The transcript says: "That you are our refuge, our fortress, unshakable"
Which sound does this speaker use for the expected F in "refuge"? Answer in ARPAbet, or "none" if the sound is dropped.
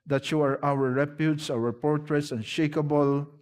P